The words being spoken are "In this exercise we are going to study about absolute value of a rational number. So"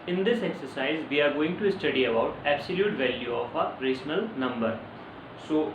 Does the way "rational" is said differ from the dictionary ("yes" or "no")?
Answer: yes